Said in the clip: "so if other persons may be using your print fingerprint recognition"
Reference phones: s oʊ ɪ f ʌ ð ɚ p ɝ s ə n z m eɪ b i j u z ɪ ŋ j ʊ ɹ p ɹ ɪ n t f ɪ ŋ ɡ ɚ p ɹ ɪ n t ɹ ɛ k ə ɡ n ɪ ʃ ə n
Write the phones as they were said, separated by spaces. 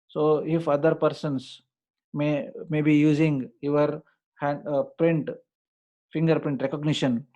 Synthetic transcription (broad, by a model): s oʊ ɪ f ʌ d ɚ p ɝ s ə n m m eɪ b i j u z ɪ ŋ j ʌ ɹ p ɹ ɪ n t f ɪ ŋ ɡ ɚ p ɹ ɪ n t ɹ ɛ k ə ɡ n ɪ ʃ ə n